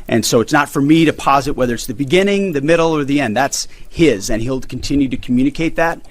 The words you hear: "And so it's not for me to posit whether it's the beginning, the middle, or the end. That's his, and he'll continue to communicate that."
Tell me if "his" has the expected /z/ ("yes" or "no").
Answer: yes